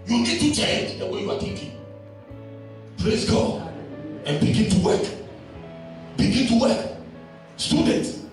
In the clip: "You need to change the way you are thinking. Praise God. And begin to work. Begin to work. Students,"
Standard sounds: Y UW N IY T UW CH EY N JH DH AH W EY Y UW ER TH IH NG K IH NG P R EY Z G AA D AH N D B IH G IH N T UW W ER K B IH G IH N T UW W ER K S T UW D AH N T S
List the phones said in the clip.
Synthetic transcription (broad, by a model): Y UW N IY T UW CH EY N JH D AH W EY Y UW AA T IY K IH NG P R EY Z G AA D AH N B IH G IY N T UW W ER K B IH G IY N T UW W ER K S T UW D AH N T